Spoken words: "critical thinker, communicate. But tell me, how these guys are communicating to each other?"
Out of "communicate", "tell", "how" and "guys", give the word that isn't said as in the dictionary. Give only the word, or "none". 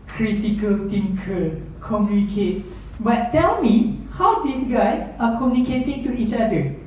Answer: guys